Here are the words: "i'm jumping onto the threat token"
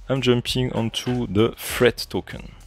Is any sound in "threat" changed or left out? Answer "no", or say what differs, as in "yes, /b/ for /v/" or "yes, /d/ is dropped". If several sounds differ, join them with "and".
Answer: yes, /f/ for /θ/